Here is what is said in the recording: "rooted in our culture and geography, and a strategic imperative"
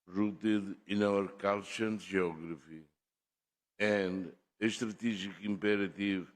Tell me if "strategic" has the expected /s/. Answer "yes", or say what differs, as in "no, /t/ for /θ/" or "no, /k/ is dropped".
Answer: no, /ʃ/ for /s/